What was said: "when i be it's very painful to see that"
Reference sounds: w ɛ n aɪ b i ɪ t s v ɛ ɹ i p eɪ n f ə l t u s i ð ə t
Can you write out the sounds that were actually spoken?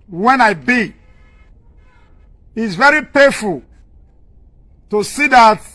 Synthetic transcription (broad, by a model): w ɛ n aɪ b i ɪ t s v ɛ ɹ i p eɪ f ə l t u s i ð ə t